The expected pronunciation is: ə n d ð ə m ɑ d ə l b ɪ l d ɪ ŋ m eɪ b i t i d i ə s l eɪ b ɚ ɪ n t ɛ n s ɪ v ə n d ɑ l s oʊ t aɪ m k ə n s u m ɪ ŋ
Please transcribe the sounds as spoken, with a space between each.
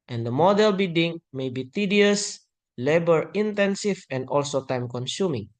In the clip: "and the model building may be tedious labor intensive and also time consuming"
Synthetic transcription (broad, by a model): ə n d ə m ɑ d ə l b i d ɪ ŋ m eɪ b i t i d i ə s l eɪ b ɚ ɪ n t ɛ n s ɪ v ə n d ɑ l s oʊ t aɪ m k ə n s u m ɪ ŋ